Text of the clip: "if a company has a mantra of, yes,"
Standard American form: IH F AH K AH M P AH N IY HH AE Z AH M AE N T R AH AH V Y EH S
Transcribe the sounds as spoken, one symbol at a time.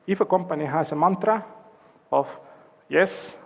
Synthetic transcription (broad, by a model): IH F AH K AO M P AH N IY HH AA S AH M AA N T R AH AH F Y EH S